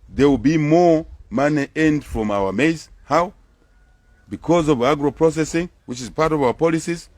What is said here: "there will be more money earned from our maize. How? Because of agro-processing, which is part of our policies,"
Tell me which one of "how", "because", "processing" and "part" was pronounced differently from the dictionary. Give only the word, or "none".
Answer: none